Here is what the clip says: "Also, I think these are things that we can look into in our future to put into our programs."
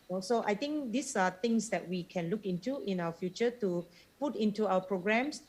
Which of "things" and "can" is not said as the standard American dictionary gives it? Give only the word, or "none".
things